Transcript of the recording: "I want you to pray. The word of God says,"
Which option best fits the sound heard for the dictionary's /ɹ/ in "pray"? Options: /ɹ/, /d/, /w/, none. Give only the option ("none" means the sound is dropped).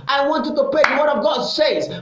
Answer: none